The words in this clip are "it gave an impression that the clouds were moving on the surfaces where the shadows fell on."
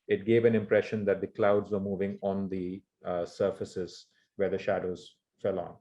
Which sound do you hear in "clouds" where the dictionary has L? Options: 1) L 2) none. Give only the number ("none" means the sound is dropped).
1